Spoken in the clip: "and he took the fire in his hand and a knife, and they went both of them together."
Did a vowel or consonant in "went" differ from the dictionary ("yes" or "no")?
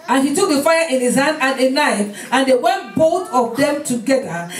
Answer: no